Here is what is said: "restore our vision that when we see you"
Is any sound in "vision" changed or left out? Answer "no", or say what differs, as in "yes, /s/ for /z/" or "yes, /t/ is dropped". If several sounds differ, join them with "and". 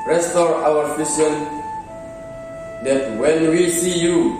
yes, /f/ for /v/ and /s/ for /ʒ/